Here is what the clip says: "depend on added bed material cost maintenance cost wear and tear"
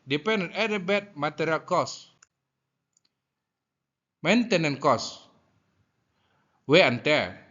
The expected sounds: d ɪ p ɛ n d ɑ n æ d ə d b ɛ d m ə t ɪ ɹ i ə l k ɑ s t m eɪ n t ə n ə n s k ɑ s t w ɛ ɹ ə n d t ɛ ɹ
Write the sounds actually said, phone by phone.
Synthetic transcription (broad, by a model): d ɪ p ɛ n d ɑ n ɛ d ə b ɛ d m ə t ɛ ɹ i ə l k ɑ s m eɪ n t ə n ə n k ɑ s w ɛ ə n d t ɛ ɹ